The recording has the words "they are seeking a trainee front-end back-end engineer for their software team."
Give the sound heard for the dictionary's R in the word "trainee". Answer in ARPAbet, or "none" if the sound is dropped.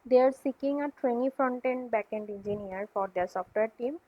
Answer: W